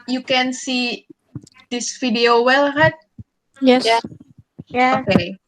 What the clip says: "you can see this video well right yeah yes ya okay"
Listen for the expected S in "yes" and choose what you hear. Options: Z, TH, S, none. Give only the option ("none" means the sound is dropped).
none